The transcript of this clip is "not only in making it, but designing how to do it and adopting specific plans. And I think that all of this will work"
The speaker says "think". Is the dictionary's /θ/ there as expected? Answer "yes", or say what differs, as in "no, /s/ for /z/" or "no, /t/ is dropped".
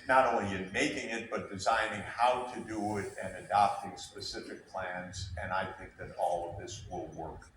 yes